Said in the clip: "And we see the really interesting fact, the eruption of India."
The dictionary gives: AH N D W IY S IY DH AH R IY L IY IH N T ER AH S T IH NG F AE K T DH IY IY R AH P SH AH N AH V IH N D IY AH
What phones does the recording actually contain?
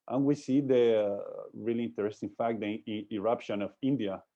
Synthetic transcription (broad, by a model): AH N W IY S IY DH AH R IY L IY IH N T ER AH S T IH NG F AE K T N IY IY R AH P SH AH N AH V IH N D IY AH